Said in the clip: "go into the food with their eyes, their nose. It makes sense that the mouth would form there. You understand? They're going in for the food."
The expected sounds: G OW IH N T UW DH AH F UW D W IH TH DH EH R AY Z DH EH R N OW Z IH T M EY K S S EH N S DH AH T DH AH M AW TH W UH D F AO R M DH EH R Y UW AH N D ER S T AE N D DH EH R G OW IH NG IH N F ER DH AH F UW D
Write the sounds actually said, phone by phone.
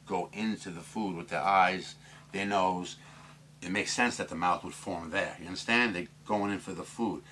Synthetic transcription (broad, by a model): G OW IH N T UW DH AH F UW D W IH DH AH R AY Z DH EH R N OW Z IH T M EY K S S EH N S DH AH T DH AH M AW TH W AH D F AO R M DH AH R Y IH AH N D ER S T AE N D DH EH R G OW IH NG IH N F ER DH AH F UW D